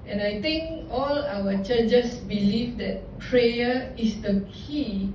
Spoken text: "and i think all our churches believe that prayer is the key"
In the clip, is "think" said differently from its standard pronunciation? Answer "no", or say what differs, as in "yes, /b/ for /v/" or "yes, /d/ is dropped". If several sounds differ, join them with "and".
yes, /t/ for /θ/